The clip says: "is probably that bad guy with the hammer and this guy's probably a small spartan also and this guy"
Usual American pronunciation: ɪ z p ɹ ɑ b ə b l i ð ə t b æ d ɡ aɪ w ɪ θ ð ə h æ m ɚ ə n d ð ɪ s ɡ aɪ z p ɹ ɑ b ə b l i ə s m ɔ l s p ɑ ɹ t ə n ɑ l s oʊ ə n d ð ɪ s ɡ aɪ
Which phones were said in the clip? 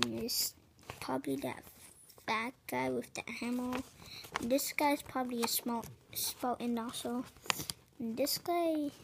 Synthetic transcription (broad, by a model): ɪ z p ɹ ɑ b ə b l i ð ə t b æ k ɡ aɪ w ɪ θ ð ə h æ m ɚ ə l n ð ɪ s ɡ aɪ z p ɹ ɑ b ə b l i ə s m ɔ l s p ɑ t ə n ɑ s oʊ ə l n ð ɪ s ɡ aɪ